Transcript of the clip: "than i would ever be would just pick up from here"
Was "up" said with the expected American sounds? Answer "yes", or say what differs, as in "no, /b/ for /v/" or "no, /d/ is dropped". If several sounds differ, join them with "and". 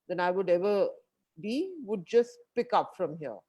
yes